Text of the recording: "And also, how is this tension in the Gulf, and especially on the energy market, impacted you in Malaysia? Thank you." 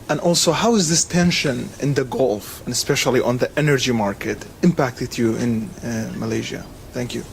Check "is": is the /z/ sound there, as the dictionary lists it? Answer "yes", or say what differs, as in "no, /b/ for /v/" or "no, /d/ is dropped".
yes